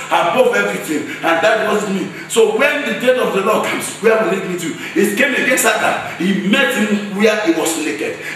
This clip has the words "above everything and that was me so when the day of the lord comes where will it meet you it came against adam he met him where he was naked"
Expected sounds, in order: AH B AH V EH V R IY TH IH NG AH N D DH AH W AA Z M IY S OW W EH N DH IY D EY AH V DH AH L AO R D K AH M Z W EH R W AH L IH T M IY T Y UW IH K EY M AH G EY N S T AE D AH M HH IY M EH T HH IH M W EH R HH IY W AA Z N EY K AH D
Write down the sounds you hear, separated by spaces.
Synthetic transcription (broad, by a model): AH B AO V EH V R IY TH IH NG AH N D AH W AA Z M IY S OW W EH N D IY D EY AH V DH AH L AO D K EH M S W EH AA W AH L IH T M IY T Y UW IH K EY M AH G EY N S AA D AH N HH IY M EH T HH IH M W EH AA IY W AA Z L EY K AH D